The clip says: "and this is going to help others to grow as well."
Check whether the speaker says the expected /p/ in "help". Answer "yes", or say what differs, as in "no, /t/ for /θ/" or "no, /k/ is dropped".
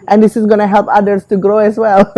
yes